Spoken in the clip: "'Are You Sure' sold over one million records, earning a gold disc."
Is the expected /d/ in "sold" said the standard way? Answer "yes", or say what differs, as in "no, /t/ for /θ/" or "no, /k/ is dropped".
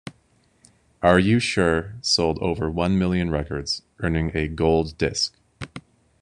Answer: yes